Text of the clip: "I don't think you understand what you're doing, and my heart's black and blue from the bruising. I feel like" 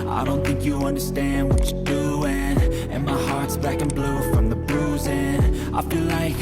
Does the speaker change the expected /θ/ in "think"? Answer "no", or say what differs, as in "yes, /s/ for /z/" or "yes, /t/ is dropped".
no